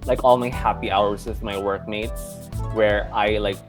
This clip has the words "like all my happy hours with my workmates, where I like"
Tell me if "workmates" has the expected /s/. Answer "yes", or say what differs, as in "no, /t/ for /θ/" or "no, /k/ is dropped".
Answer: no, /s/ is dropped